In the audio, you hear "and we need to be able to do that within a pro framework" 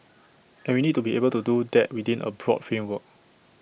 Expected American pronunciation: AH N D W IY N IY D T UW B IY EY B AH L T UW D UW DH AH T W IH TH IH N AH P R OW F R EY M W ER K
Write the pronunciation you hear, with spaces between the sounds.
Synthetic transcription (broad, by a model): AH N W IY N IY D T UW B IY EY B AH L T UW D UW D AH T W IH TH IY N AH B R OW F R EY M W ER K